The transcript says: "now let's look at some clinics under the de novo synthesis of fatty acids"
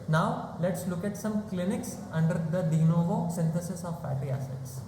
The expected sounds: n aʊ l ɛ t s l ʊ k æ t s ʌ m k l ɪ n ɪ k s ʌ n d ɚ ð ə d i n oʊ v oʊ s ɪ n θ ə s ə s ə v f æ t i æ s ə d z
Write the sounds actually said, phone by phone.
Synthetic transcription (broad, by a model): n aʊ l ɛ t s l ʊ k æ t s ʌ m k l ɪ n ɪ k s ʌ n d ɚ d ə d i n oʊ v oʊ s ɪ n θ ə s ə s ə v p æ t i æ s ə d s